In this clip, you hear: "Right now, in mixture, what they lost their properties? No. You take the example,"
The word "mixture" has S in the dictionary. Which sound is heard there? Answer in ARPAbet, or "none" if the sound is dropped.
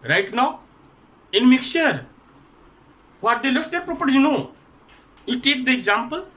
none